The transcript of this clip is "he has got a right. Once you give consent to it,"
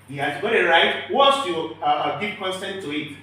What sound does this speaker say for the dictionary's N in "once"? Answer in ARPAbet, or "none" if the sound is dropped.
none